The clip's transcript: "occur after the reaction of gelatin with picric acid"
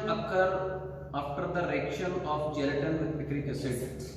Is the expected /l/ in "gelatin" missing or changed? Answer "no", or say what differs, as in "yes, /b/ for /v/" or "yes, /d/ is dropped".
no